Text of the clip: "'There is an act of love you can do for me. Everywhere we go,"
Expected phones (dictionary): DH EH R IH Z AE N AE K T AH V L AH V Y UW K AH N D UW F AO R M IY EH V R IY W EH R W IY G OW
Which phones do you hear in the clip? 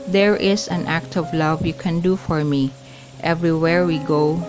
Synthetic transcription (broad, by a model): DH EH R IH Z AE N AE K T AH V L AH V Y UW K AH N D UW F AO R M IY EH V R IY W EH R W IY G OW